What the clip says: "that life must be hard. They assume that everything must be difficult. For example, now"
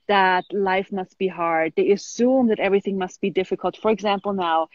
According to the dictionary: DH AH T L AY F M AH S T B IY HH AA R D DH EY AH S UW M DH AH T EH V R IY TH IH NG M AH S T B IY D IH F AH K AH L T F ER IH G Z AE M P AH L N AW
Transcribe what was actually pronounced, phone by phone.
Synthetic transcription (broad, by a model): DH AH T L AY F M AH S T B IY HH AA R D DH EY AH S UW M DH AH T EH V R IY TH IH NG M AH S T B IY D IH F AH K AH L T F ER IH G Z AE M P L N AW